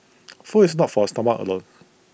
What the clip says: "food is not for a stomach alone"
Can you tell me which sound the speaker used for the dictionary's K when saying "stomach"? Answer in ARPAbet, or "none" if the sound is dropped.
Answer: none